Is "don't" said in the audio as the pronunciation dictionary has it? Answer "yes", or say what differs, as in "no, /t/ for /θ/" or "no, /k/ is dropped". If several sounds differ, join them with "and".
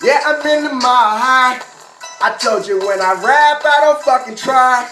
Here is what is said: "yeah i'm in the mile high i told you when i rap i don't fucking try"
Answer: yes